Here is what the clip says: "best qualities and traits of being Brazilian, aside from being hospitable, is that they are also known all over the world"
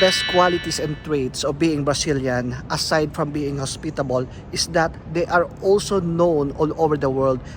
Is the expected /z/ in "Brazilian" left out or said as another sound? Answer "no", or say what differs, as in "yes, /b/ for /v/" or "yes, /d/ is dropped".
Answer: yes, /s/ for /z/